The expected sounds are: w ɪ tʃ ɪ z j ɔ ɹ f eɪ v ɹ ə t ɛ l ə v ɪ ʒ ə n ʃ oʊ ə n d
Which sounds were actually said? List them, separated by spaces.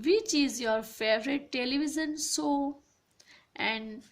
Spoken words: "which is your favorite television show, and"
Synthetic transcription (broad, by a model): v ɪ tʃ ɪ z j ɔ ɹ f eɪ v ɹ ə t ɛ l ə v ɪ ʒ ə n s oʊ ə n d